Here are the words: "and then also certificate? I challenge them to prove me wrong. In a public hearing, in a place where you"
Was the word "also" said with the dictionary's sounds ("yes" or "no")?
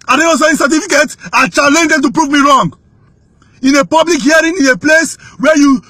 no